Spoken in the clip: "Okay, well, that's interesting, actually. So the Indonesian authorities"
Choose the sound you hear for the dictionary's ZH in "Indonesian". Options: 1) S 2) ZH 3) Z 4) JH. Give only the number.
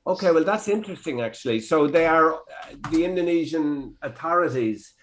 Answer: 2